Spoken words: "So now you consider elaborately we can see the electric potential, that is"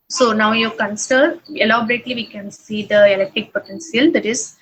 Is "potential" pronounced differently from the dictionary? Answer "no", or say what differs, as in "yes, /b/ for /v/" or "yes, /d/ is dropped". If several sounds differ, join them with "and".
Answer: yes, /s/ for /ʃ/